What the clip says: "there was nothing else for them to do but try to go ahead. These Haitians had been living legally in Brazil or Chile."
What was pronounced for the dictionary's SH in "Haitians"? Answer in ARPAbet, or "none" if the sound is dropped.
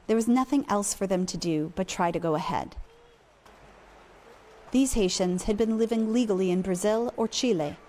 SH